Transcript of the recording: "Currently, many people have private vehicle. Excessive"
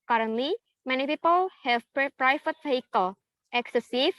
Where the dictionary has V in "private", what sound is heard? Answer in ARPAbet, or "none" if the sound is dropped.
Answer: F